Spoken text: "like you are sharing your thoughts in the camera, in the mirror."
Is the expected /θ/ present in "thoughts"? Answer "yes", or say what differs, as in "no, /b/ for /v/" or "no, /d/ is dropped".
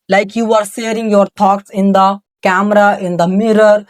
no, /t/ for /θ/